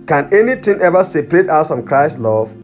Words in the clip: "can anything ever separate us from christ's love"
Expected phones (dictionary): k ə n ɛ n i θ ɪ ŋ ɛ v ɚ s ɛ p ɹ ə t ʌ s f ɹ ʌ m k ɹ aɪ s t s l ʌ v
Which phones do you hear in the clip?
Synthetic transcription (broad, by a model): k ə n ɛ n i t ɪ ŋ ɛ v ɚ s ɛ p ɹ ə t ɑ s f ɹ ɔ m k ɹ aɪ s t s l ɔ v